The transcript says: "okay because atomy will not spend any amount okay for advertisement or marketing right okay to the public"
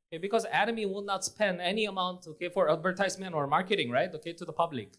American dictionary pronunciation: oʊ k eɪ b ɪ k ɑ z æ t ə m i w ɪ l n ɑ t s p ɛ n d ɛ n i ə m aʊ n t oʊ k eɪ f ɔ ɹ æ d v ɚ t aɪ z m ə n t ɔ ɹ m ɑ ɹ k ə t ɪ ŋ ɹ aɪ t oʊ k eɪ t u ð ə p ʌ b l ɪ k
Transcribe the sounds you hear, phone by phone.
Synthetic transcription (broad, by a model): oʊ k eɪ b ɪ k ɑ z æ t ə m i w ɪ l n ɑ t s p ɛ n d ɛ n i ə m aʊ n t oʊ k eɪ f ɔ ɹ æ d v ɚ t aɪ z m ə n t ɔ ɹ m ɑ ɹ k ə t ɪ ŋ ɹ aɪ t oʊ k eɪ t u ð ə p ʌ b l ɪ k